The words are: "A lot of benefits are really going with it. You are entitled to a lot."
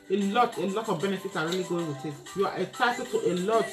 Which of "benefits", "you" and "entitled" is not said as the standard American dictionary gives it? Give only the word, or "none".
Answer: entitled